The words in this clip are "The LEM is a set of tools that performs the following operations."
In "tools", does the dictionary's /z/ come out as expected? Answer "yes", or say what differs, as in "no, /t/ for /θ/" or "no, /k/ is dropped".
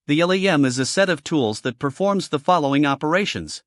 yes